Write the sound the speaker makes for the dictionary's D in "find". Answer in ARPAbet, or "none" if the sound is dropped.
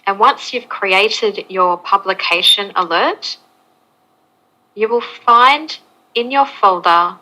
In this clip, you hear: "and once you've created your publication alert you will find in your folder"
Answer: D